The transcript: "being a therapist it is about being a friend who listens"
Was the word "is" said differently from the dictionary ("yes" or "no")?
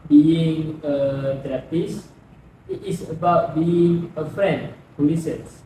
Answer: yes